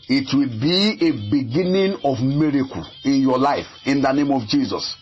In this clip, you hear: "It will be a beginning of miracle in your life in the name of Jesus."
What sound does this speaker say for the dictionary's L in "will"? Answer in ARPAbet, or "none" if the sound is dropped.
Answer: L